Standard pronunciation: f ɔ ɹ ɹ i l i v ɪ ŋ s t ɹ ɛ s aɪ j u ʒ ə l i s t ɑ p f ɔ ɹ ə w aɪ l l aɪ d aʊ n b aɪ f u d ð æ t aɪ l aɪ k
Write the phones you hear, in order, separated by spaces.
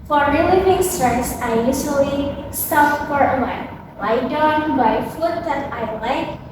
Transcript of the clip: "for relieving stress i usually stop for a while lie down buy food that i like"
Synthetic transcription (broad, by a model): f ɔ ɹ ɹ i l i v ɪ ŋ s t ɹ ɛ s aɪ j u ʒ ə l i s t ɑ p f ɔ ɹ ə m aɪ n l aɪ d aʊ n b aɪ f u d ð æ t aɪ l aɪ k